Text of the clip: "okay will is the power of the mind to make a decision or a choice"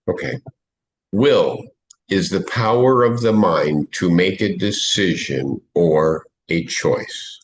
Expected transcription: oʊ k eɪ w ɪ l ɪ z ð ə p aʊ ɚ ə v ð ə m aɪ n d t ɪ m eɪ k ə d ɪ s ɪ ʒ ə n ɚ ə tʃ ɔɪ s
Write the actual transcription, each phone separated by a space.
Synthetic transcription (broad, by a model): oʊ k eɪ w ɪ l ɪ z ð ə p aʊ ɚ ə v ð ə m aɪ n t ɪ m eɪ k ə d ɪ s ɪ ʒ ə n ɚ ə tʃ ɔɪ s